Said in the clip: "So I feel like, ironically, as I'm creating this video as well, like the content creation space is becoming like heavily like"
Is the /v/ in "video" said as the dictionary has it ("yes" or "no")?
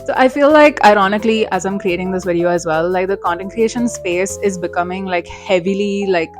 yes